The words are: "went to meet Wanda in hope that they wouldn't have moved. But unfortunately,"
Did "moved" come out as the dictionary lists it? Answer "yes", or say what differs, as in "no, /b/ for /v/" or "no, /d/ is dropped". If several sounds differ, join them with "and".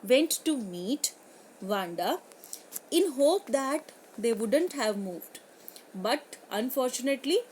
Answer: yes